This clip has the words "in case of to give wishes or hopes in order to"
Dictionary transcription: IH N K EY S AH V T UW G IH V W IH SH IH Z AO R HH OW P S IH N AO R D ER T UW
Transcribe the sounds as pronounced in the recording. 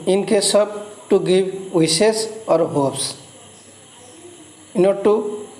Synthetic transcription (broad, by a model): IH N K EY S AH B T UW G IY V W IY S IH S AO R HH OW P S IH N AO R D T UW